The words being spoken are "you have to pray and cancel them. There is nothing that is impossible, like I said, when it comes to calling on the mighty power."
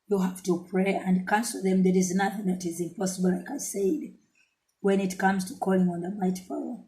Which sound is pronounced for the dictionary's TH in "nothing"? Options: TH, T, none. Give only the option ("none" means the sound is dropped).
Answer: TH